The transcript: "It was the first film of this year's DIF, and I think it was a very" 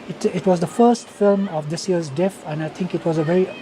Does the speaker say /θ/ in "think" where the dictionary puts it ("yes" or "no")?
no